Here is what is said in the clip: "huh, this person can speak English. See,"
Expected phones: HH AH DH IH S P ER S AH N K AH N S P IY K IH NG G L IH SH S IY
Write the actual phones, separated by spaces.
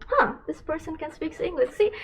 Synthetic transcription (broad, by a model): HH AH DH IH S P ER S AH N K AH N S P IY K IH NG G L IH SH S IY